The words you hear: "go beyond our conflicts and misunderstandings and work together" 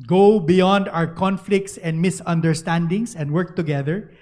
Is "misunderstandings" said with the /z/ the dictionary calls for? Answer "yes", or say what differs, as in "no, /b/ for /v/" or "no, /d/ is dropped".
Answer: no, /s/ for /z/